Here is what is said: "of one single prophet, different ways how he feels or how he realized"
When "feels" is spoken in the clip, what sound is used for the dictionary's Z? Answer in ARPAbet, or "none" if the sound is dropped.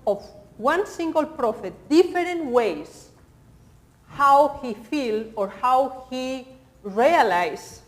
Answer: none